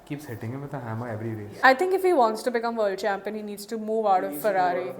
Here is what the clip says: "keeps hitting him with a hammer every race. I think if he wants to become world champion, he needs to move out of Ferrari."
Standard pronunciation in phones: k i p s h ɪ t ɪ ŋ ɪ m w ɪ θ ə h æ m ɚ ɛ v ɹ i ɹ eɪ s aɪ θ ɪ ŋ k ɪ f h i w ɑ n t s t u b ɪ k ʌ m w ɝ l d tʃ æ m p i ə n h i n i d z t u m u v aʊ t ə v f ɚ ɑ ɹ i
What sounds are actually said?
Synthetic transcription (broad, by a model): k i p s h ɪ t ɪ ŋ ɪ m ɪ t ə h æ m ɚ ɛ v ɹ i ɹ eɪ aɪ t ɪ ŋ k ɪ f h i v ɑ n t s t u b ɪ k ʌ m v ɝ l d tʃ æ m p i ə n h i n i d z t u m u v aʊ t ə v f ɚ ɑ ɹ i